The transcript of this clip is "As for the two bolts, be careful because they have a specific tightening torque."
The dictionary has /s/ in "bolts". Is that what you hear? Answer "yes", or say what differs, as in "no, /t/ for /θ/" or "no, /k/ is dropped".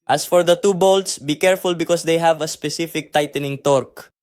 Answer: yes